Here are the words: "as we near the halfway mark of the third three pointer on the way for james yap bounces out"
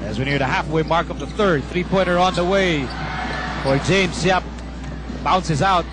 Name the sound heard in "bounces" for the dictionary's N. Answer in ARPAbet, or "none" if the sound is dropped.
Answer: N